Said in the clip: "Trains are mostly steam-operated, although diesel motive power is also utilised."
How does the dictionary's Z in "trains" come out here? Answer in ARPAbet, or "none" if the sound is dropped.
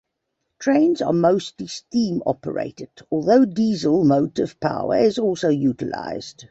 Z